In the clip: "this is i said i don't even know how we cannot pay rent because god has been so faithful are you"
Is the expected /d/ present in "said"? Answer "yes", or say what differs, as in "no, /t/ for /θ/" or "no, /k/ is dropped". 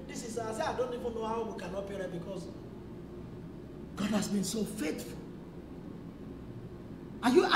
no, /d/ is dropped